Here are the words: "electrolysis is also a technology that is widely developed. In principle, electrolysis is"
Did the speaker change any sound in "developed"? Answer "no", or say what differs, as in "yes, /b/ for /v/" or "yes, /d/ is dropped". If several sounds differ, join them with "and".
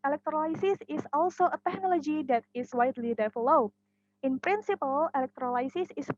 yes, /f/ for /v/